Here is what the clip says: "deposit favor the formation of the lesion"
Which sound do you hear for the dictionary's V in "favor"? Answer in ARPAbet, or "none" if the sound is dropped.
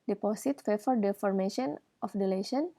F